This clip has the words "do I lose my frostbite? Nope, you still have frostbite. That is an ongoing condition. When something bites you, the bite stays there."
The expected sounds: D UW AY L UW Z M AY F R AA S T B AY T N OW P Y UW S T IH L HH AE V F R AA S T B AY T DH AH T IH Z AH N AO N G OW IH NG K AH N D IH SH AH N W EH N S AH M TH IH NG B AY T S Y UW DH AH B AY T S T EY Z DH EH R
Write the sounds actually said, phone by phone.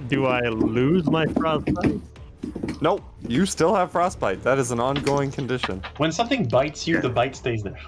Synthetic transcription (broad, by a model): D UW AY L UW Z M AY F R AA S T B AY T N OW Y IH S T IH L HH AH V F R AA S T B AY T DH AH T IH Z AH N AO N G OW IH NG K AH N D IH SH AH N W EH N S AH M TH IH NG B AY T S Y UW DH AH B AY T S T EY Z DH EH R